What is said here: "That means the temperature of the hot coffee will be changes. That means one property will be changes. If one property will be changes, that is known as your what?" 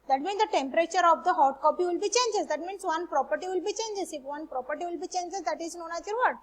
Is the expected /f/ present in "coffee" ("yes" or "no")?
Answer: no